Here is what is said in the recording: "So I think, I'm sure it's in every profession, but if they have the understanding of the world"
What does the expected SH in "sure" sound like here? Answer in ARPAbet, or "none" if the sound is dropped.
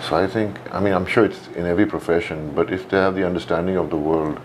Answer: SH